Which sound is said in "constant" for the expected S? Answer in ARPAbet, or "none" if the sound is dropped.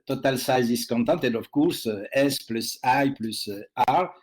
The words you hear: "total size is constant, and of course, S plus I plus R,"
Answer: none